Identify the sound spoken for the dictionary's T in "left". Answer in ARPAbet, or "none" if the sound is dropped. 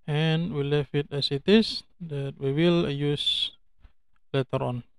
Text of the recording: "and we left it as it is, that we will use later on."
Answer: none